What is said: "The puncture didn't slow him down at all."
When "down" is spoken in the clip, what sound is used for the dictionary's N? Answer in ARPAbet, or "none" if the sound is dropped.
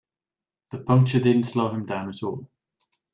N